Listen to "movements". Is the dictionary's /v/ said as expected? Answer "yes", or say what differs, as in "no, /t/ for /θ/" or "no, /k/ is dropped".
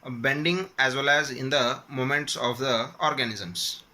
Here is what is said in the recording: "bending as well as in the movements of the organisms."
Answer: no, /v/ is dropped